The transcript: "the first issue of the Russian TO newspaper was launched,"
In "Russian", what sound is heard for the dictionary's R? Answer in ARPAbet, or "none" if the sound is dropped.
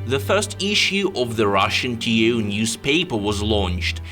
R